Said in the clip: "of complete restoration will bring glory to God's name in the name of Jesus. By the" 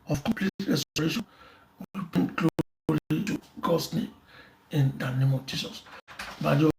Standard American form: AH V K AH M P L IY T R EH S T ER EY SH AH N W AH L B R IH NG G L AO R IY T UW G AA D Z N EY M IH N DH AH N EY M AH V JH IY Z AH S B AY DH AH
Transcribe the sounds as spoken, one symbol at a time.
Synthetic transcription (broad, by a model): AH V K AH M P L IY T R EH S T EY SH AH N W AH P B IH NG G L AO L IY T UW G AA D S N EY M IH N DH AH N EY M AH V JH IY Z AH S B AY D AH